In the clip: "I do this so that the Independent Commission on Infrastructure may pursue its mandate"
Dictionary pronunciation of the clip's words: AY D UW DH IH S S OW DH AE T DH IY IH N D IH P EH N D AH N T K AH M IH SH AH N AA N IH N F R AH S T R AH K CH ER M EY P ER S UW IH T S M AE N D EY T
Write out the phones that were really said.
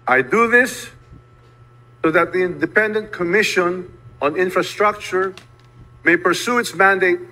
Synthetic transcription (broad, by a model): AY D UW DH IH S S OW DH AE T DH IY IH N D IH P EH N D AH N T K AH M IH SH AH N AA N IH N F R AH S T R AH K CH ER M EY P ER S UW IH T S M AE N D EY T